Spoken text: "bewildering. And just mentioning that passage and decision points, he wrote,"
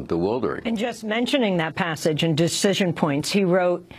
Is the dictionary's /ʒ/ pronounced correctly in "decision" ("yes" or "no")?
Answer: yes